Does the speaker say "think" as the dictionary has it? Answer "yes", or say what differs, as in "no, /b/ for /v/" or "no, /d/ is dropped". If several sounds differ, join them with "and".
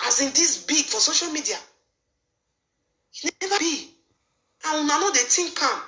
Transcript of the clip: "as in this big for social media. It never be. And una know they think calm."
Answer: no, /t/ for /θ/